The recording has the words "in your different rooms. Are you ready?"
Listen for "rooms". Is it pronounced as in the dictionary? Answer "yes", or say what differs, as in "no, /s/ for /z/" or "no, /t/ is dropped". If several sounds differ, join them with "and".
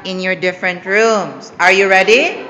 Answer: no, /s/ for /z/